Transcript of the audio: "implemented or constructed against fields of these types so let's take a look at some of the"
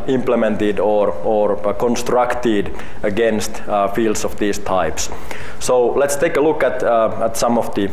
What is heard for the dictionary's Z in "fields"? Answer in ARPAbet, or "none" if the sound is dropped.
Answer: S